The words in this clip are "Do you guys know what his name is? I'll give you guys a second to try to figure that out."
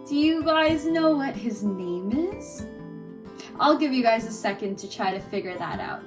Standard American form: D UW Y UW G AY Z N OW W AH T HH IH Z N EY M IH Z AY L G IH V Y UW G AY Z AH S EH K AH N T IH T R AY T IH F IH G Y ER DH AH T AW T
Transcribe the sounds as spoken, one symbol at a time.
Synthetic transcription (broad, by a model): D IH Y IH G AY Z N OW W AH T HH IH Z N EY M IH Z AY L G IH V Y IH G AY Z AH S EH K AH N T IH T R AY T IH F IH G Y ER DH AH T AW T